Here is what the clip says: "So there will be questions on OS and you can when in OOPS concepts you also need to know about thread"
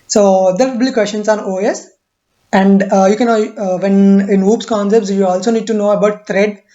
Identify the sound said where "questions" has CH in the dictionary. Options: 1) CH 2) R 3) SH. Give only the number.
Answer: 3